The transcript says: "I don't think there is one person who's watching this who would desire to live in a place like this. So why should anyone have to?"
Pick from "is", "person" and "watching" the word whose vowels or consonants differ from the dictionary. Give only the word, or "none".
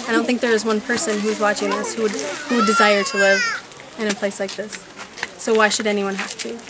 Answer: none